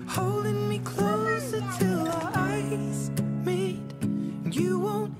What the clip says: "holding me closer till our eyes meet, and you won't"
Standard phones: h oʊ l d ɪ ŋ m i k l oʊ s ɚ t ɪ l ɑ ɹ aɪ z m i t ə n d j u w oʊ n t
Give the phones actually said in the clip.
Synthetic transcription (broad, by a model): h oʊ l d ɪ ŋ m i k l oʊ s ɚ t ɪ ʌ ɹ aɪ z m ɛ ə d j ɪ w oʊ n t